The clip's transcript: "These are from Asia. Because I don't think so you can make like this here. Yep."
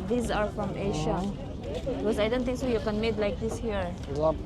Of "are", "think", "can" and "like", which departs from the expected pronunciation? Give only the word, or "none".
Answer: think